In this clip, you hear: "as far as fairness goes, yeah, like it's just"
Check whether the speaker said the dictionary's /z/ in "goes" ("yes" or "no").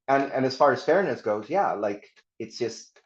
yes